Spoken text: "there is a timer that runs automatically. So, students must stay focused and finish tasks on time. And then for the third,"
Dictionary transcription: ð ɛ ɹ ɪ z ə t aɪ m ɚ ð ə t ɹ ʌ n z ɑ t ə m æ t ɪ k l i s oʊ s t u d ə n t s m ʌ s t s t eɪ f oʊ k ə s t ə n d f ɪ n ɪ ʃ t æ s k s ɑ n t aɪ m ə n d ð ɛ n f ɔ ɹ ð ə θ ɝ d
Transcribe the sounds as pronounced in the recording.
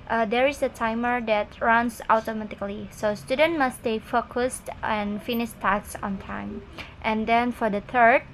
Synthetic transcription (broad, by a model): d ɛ ɹ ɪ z ə t aɪ m ɚ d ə t ɹ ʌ n s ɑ t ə m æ t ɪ k l i s oʊ s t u d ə n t m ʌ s s t eɪ f oʊ k ə s t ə n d f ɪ n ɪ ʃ t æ k s ɑ n t aɪ m ə n d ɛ n f ɔ ɹ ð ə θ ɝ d